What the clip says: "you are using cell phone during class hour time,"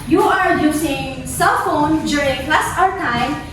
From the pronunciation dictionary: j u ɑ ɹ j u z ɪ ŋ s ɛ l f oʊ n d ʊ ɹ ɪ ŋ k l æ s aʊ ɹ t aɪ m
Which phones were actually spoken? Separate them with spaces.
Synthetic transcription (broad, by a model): j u ɑ ɹ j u s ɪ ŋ s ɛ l f oʊ n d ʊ ɹ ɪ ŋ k l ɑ s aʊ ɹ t aɪ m